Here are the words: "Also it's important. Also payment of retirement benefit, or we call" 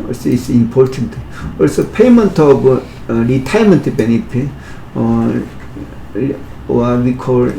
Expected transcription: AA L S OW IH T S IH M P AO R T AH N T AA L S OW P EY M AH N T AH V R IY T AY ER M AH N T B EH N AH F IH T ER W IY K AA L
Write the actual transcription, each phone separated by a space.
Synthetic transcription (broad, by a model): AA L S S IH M P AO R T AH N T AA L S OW P EY M AH N T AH B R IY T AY M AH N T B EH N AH P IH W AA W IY K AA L